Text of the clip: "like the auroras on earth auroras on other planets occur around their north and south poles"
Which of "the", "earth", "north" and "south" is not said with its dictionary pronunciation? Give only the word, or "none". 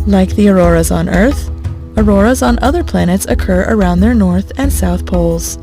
none